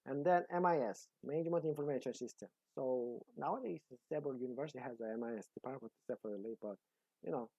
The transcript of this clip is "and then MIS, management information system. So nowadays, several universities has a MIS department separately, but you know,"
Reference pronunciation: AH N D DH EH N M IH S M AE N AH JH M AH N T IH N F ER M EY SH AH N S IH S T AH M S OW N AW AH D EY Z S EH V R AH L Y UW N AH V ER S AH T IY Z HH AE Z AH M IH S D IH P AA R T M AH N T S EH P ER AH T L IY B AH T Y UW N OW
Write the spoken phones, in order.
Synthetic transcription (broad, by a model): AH N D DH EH N M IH S M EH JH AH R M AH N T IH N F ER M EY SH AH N S IH S T AH M S OW N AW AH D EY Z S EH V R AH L Y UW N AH V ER S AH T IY HH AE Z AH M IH S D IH P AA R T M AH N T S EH F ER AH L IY B AH T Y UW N OW